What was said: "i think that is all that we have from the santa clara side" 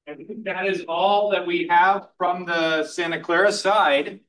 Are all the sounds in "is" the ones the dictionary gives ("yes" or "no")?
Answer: yes